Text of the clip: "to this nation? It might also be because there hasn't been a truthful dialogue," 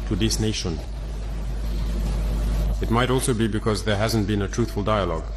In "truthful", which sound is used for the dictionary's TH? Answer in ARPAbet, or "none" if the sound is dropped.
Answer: TH